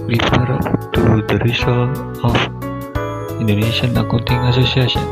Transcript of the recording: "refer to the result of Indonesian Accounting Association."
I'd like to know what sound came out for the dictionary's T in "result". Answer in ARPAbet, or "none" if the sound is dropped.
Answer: none